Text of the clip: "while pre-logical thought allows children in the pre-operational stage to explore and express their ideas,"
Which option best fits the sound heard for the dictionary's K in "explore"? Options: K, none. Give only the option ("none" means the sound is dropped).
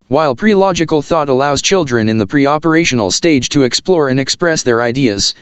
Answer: K